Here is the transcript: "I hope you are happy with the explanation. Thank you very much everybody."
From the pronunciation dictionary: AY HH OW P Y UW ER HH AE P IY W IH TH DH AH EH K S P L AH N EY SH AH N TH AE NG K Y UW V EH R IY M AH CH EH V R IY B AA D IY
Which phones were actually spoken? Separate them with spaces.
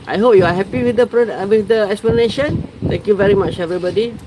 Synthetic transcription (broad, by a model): AY HH OW P Y UW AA HH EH P IY W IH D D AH EH K S P L AH N EY SH AH N T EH NG K Y UW V EH R IY M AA CH EH V R IY B AA D IY